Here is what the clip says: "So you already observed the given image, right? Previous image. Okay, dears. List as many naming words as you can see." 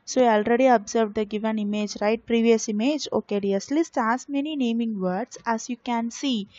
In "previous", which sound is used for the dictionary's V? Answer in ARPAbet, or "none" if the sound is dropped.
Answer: V